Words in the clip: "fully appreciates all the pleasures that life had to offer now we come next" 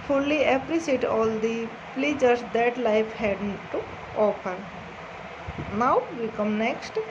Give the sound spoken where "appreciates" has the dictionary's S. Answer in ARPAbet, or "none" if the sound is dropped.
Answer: none